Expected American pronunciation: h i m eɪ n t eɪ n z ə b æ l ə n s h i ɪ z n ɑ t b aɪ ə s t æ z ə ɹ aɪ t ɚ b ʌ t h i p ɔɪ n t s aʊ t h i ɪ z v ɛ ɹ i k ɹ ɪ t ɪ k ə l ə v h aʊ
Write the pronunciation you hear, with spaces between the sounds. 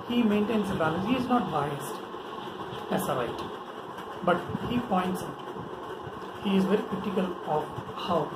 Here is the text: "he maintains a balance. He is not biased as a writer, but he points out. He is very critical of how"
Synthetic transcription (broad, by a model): h i m eɪ n t eɪ n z ə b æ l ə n h i ɪ z n ɑ t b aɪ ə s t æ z ə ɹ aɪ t b ʌ t h i p ɔɪ n t s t h i ɪ z v ɛ ɹ i k ɹ ɪ t ɪ k ə l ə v h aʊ